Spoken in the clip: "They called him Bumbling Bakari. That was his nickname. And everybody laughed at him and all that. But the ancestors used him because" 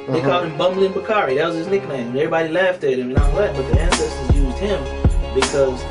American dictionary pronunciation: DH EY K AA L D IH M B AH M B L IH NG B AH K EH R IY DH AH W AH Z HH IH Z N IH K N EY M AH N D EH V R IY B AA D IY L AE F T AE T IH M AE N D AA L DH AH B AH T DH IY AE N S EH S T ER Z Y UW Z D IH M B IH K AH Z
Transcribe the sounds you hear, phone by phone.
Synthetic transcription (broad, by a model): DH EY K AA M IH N B AH M B L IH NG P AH K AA R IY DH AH W AH Z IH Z N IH K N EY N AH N EH V R IY B AA D IY L AE F T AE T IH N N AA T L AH B AH T DH IY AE N S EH S T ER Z Y UW Z D IH M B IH K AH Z